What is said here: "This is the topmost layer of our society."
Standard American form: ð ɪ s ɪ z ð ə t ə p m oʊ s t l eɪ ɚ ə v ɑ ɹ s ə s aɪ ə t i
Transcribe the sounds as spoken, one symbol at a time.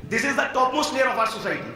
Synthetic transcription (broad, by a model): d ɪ s ɪ z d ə t ə p m oʊ s t n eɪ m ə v ɑ ɹ s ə s aɪ t i